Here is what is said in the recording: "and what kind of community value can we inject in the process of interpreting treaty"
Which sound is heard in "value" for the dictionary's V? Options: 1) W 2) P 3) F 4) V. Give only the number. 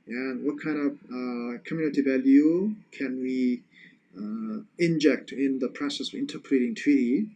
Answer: 4